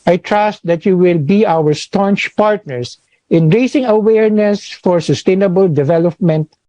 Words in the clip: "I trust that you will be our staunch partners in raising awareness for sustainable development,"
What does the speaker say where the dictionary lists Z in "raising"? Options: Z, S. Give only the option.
S